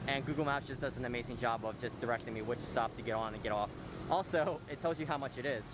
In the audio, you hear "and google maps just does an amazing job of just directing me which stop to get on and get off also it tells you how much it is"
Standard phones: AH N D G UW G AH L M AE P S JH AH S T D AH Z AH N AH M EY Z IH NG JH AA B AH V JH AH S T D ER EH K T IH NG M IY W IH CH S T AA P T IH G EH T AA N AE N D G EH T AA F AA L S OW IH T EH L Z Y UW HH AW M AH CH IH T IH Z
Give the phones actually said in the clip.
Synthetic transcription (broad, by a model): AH N G UW G L M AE S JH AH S D AH Z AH N AH M EY Z IH NG JH AA B AH V JH AH S D ER EH K T IH NG M IY W IH CH S T AA P T IH G EH T N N G EH T AA F AA L S OW IH T EH L Z Y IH HH AW M AH CH IH T IH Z